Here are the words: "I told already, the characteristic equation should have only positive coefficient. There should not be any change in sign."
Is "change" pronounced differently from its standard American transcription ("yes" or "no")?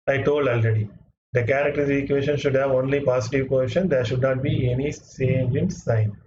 yes